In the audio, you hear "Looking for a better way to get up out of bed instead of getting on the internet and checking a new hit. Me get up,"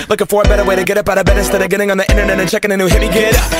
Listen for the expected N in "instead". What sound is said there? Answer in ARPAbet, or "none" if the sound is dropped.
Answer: none